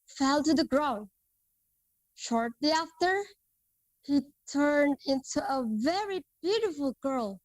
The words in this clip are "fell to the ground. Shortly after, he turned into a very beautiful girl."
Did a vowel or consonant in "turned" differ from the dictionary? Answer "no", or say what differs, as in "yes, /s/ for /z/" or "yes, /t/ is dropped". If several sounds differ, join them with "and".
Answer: no